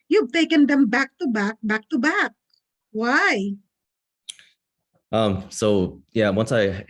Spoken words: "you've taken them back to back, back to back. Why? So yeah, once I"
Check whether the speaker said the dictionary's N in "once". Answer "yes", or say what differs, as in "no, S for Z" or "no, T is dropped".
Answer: yes